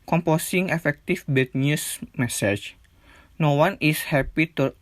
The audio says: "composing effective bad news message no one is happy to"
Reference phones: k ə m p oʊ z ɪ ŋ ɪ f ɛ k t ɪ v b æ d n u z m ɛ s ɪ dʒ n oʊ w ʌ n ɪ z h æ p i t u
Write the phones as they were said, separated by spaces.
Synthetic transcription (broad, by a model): k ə m p oʊ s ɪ ŋ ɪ f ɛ k t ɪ f b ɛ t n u s m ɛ s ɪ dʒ n oʊ w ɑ n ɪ s h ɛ p i t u